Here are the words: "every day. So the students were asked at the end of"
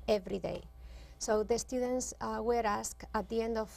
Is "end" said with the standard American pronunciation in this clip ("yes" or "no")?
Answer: yes